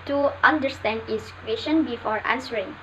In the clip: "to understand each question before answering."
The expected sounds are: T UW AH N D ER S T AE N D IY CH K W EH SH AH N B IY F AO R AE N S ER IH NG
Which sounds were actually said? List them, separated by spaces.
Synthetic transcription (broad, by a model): T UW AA N D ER S T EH N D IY S K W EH S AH N B IY F AO R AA N S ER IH NG